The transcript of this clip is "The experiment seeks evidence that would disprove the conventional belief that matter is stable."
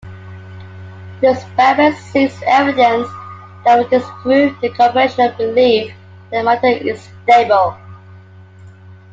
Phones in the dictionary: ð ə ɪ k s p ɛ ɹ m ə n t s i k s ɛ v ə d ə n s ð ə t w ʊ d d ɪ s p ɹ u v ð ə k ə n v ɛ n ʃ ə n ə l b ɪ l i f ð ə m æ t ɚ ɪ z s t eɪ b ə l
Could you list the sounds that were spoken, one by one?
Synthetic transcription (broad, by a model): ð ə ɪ s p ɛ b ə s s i s ɛ v ə d ə n s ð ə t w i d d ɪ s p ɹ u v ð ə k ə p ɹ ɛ ʃ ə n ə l b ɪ l i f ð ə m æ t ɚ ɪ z s t eɪ b ə l